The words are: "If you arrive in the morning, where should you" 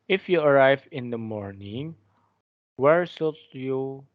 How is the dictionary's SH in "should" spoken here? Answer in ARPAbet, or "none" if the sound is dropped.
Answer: S